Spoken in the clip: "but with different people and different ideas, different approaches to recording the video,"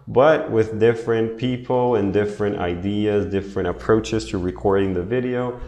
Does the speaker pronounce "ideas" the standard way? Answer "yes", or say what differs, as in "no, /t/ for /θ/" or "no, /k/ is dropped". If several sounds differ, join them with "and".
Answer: yes